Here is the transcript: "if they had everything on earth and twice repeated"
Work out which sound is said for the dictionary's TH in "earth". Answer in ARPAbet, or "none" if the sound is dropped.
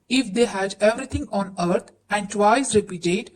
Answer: T